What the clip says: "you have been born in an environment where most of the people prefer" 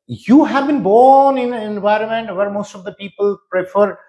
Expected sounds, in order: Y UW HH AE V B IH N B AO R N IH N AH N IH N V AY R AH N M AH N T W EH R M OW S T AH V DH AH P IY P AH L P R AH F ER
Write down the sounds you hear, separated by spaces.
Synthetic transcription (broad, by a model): Y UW HH AE V B IH N B AO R N IH N AH N IH N V AY R AH N M AH N T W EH R M OW S T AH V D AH P IY P AH L P R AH F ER